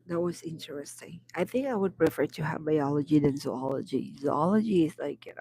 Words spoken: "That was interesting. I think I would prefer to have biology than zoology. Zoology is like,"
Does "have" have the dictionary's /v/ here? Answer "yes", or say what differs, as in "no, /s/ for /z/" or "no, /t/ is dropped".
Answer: yes